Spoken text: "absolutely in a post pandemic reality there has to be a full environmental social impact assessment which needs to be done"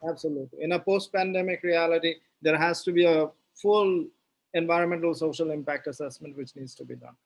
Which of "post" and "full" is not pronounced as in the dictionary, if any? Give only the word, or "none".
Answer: none